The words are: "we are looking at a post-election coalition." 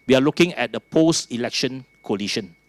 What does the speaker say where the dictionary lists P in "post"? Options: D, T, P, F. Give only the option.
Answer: P